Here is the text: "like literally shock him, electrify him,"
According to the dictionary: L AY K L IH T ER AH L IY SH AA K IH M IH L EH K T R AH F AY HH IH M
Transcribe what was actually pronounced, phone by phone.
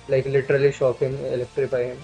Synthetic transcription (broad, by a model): L AY K L IH T ER AH L IY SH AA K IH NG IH L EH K T R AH P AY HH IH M